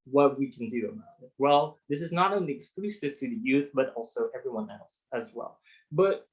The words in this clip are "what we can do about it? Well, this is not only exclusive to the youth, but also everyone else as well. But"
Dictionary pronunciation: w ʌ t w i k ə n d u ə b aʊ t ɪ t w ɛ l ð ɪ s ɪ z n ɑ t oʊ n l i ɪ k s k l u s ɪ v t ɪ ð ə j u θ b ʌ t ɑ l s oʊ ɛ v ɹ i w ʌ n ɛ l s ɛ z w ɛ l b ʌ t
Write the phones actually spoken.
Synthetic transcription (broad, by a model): w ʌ t w i k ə n d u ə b aʊ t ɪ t w ɛ l ð ɪ s ɪ z n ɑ t oʊ n l i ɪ k s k l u s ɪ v t ɪ ð ə j u θ b ʌ t ɑ l s oʊ ɛ v ɹ i w ʌ n ɛ l s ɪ z w ɛ l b ʌ t